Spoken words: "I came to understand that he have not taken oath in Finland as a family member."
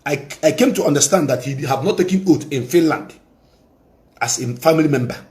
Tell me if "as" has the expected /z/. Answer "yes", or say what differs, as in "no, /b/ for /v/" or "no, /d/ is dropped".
no, /s/ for /z/